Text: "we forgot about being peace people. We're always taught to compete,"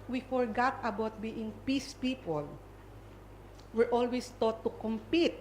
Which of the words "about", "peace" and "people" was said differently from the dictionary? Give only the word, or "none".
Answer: none